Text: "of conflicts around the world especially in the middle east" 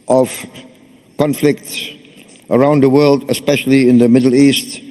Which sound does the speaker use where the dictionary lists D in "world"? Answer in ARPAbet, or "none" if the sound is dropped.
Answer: D